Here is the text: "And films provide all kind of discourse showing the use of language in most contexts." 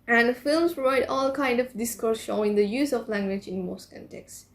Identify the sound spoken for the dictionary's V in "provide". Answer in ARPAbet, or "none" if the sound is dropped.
none